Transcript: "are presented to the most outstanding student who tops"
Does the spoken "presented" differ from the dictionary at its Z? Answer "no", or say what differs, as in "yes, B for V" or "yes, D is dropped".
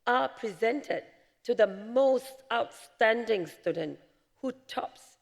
no